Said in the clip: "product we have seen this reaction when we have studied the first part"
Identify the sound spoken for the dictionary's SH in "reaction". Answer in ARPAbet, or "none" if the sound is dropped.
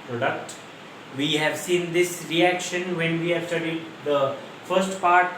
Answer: SH